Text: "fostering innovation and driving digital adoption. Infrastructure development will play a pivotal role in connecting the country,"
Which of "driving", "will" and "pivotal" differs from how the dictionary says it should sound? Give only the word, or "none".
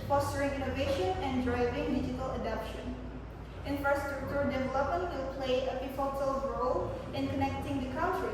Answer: pivotal